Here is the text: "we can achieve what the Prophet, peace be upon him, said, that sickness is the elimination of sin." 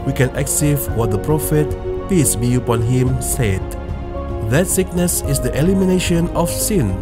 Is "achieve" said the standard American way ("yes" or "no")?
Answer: no